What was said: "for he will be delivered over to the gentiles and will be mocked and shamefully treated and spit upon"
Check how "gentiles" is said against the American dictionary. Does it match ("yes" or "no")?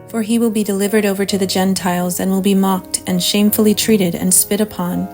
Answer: yes